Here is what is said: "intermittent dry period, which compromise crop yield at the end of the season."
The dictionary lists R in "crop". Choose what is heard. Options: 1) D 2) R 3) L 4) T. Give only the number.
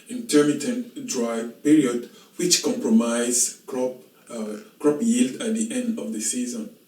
2